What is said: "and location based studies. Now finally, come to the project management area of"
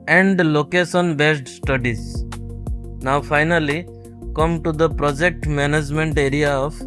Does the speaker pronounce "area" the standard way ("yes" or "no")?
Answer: yes